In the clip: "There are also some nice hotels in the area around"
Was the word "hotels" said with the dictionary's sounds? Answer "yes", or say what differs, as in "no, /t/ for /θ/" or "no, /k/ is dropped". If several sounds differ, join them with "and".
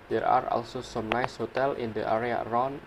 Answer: no, /z/ is dropped